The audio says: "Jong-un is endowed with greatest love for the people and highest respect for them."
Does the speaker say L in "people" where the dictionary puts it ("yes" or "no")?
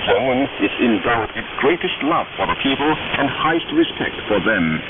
yes